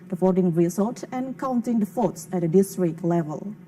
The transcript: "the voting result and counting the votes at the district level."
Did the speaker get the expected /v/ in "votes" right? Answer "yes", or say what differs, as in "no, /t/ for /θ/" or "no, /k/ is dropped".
no, /f/ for /v/